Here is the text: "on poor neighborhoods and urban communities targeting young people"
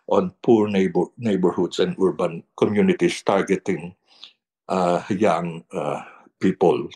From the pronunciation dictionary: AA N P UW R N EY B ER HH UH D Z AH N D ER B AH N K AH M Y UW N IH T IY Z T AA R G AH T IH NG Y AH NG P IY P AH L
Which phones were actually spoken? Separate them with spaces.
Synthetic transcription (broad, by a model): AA N P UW R N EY B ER HH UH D S AH N D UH B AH N K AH M Y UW N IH T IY S T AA R G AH T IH NG Y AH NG P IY P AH L